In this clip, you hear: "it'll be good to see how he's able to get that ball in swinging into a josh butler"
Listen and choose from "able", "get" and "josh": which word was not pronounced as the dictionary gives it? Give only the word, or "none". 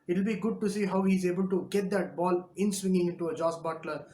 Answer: josh